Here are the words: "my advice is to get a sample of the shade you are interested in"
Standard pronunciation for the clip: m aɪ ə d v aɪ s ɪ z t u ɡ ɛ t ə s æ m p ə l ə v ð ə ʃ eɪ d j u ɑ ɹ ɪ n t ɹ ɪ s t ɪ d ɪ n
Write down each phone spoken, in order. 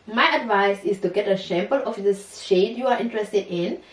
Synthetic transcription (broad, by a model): m aɪ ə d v aɪ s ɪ s t u ɡ ɛ t ə ʃ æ m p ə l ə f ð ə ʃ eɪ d j u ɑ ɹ ɪ n t ɹ ɪ s t ɪ d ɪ n